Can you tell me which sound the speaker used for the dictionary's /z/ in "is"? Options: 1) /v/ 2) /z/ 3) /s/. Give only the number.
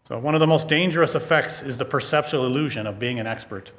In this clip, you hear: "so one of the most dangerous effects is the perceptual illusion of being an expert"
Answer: 2